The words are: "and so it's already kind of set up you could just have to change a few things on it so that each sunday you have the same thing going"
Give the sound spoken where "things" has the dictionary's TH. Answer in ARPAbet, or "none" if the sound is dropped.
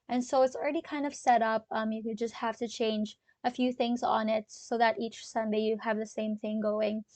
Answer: TH